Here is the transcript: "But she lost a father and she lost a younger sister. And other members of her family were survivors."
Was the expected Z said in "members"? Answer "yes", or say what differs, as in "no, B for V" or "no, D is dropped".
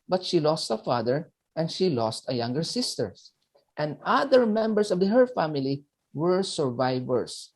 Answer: no, S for Z